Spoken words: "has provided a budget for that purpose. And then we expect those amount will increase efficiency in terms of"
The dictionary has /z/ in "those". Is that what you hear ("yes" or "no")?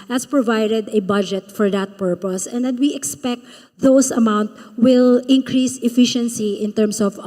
no